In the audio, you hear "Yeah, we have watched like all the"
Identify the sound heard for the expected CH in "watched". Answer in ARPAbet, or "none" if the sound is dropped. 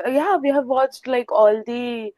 CH